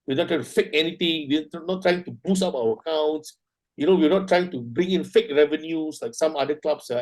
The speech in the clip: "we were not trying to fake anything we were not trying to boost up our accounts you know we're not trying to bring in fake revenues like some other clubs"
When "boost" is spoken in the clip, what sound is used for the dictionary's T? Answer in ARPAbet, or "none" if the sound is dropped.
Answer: none